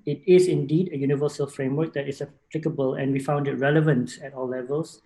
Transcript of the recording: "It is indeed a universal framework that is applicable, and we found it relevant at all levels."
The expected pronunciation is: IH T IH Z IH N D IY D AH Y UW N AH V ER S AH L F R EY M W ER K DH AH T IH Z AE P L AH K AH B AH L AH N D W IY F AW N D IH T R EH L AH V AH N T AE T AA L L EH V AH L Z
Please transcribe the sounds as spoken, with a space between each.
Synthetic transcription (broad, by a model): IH T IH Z IH N D IY D AH Y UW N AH V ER S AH L F R EY M W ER K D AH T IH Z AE P L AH K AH B AH L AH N W IY F AW N D IH T R EH L AH V AH N T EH T AA L L EH V AH L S